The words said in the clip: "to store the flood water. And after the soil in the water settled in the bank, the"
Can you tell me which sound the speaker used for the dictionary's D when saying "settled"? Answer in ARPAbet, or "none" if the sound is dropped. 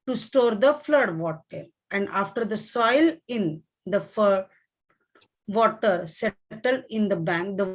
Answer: none